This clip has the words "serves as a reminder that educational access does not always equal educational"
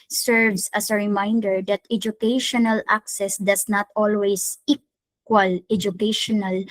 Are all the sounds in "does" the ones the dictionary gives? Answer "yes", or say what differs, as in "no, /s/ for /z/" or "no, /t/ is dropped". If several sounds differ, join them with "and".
no, /s/ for /z/